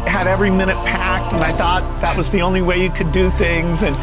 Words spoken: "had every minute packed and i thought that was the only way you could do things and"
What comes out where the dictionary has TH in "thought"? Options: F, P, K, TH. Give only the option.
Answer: TH